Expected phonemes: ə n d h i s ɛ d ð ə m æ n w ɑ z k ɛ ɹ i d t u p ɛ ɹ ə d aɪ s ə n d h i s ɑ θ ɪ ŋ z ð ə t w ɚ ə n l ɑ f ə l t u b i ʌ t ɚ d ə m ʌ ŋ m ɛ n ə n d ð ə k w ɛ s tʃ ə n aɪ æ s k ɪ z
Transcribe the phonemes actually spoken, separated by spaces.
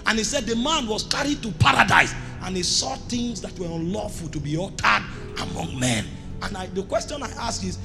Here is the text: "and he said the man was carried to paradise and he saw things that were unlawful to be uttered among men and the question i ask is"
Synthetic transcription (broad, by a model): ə n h i s ɛ d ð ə m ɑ n w ɑ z k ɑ ɹ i d t u p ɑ ɹ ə d aɪ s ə n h i s ɑ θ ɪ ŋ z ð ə t w ɚ ə n l ɑ f ə l t u b i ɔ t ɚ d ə m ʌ ŋ m ɛ n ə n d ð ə k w ɛ s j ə n aɪ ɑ s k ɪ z